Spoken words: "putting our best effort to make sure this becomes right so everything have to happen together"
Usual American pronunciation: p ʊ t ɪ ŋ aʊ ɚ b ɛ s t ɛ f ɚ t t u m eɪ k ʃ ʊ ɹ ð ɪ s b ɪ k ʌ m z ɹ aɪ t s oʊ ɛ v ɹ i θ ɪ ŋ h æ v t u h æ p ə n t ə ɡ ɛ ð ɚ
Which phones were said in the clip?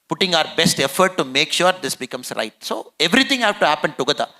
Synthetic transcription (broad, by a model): p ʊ t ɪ ŋ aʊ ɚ b ɛ s t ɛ f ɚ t t u m eɪ k ʃ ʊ ɹ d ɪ s b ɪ k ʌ m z ɹ aɪ t s oʊ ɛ v ɹ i t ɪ ŋ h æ t u h æ p ə n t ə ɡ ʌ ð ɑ